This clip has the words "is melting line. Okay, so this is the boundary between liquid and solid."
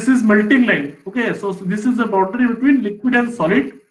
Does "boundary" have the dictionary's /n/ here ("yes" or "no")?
no